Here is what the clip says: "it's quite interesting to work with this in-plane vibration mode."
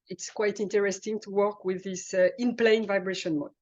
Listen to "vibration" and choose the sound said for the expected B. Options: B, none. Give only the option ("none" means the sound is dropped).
B